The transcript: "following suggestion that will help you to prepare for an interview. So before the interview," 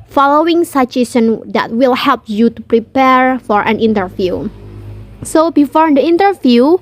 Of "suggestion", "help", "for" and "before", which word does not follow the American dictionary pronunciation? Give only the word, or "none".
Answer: suggestion